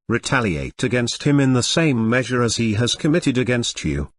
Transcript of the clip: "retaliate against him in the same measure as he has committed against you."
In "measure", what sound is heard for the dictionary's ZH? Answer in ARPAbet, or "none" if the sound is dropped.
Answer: ZH